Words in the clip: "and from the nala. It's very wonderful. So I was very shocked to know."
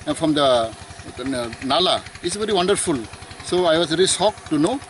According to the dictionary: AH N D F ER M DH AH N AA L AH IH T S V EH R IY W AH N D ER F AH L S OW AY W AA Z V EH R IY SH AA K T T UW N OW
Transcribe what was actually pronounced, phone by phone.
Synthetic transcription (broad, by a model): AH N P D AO M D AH N AA L AH IH T S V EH R IY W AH N D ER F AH L S OW AY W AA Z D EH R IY S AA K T T UW N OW